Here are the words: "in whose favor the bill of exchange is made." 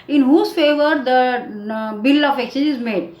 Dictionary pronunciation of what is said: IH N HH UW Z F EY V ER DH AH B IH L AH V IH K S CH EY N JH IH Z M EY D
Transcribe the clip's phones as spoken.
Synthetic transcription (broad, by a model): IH N HH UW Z F EY V ER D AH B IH L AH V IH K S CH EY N IH Z M EY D